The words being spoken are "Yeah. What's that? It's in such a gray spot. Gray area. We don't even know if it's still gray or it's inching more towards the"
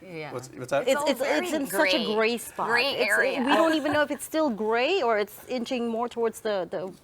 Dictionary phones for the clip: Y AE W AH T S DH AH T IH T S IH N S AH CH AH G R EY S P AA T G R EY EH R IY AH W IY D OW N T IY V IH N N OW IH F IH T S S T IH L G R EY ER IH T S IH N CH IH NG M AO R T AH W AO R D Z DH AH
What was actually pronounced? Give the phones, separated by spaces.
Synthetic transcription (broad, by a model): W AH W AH S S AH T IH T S IH N S AH CH AH G R EY S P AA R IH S W IY D OW N T IY V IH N N OW IH F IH T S S T IH L G R EY ER IH T S IH N CH IH NG M AO R T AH W AO R D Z DH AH